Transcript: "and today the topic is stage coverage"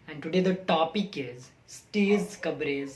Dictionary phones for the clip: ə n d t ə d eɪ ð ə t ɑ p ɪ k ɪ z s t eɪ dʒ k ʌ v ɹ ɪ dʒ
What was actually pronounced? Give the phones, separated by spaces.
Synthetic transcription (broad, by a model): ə n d t ə d eɪ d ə t ɑ p ɪ k ɪ z s t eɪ z k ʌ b ɹ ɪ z